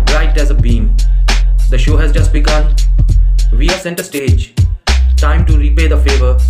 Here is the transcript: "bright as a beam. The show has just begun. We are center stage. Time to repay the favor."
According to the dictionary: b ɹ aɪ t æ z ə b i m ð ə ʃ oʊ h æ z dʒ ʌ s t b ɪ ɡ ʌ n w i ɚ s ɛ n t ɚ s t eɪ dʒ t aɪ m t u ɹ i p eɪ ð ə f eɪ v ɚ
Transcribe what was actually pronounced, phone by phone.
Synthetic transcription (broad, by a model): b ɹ aɪ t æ z ə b i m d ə ʃ oʊ h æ z dʒ ʌ s t b ɪ ɡ ʌ n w i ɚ s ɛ n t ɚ s t eɪ dʒ t aɪ m t u ɹ i p eɪ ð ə f eɪ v ɚ